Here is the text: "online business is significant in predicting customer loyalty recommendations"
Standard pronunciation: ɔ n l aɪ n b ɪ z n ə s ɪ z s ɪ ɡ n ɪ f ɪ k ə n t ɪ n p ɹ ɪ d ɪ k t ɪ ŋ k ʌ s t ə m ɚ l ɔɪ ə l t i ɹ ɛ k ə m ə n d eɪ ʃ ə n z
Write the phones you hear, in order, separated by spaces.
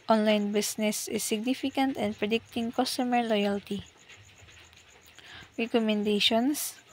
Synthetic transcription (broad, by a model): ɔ n l aɪ n b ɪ s n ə s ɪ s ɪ ɡ n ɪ f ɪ k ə n t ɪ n p ɹ ɪ d ɪ k t ɪ ŋ k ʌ s t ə m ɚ l ɔɪ ə l t i ɹ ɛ k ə m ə n d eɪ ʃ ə n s